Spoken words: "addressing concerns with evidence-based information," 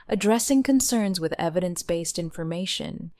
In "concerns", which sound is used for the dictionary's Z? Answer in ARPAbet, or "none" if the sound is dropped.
Z